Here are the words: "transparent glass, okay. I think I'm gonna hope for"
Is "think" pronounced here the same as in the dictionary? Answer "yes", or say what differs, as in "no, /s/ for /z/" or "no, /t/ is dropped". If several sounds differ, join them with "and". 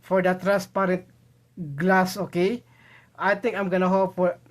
no, /t/ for /θ/